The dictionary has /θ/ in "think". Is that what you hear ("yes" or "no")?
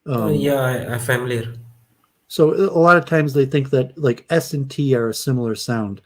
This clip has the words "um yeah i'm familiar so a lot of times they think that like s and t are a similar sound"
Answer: yes